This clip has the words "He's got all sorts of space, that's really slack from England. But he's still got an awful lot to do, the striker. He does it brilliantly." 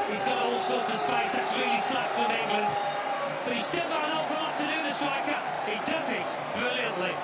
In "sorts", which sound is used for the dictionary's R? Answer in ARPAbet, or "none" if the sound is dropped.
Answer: R